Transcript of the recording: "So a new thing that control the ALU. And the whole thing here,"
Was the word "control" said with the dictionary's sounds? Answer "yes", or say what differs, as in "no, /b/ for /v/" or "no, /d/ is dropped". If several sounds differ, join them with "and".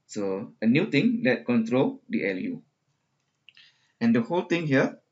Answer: yes